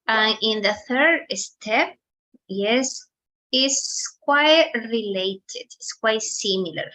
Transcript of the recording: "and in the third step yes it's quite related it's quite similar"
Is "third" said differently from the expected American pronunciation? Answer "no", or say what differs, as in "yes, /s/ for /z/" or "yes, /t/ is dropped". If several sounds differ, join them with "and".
no